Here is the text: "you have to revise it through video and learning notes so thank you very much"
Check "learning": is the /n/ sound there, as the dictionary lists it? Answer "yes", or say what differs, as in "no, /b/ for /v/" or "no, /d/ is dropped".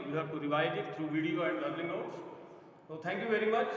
no, /l/ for /n/